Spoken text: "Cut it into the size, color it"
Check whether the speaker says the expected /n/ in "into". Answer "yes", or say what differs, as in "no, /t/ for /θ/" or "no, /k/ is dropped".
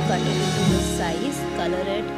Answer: no, /n/ is dropped